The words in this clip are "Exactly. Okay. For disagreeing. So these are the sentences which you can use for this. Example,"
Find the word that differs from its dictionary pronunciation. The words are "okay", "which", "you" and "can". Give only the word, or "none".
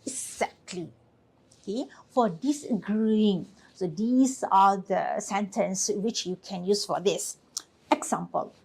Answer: none